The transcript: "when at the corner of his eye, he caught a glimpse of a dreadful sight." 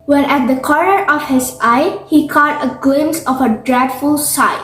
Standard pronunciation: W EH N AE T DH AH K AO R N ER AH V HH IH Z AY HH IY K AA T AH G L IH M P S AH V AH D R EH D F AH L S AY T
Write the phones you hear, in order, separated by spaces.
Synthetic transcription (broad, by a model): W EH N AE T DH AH K AO R N ER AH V HH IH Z AY HH IY K AA T AH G L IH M S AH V AH D R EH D F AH L S AY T